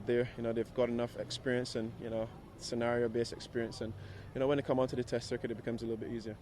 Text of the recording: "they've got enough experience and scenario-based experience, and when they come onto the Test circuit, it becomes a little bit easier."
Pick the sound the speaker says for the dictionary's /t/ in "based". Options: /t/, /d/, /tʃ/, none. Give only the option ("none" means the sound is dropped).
none